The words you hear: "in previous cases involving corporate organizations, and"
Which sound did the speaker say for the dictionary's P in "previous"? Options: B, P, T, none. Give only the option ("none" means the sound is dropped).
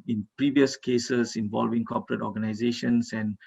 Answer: P